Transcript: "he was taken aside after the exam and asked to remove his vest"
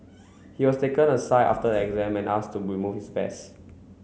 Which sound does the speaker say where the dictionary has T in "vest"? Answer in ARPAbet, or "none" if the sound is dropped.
none